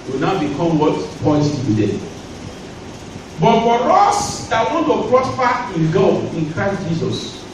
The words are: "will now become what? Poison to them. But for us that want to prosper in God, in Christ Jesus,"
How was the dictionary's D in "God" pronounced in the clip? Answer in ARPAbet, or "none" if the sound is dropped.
none